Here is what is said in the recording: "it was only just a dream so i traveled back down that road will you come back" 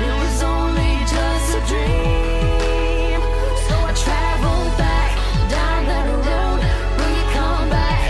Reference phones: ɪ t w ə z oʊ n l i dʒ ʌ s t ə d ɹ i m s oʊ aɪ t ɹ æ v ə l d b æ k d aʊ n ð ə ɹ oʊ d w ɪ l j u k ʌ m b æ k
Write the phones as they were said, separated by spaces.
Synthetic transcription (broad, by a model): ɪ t w ə z oʊ n l i dʒ ʌ s t ə d ɹ i m s oʊ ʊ t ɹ æ v l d b æ k d aʊ n ð ə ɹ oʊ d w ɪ n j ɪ k ʌ m b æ k